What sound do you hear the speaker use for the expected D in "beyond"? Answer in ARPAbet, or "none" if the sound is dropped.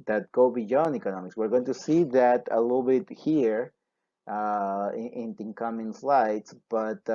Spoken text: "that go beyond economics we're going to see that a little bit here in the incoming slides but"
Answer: none